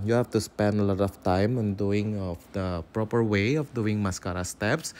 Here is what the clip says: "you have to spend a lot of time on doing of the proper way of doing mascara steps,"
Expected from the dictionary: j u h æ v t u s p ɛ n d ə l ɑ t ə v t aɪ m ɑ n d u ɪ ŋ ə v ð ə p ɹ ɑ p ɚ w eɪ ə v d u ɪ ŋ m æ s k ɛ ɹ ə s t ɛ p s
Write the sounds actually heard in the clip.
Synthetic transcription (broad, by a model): j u h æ f t u s p ɛ n d ə l ɑ t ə f t aɪ m ɑ n d u ɪ ŋ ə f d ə p ɹ ɑ p ɚ w eɪ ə f d u ɪ ŋ m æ s k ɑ ɹ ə s t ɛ p s